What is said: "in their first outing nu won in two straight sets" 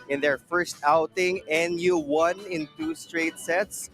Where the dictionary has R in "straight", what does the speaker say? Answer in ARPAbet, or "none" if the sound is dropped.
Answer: R